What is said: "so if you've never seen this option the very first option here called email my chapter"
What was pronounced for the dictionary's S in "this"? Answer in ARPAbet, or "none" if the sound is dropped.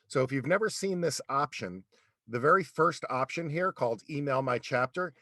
S